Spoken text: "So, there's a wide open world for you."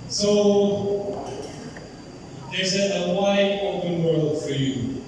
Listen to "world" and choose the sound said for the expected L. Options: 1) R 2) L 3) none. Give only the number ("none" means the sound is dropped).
2